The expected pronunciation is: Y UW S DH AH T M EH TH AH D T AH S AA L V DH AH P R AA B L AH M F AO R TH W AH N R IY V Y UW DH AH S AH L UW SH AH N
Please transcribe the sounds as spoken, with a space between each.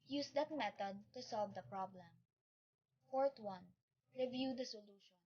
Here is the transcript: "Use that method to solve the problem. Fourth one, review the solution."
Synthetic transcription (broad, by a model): Y UW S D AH T M EH T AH D T AH S AA L V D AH P R AA B L AH M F AO R T W AH N R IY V Y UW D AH S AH L UW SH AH N